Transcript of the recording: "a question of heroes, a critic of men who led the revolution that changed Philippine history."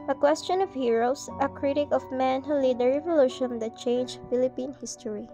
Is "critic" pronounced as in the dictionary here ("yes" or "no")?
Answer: yes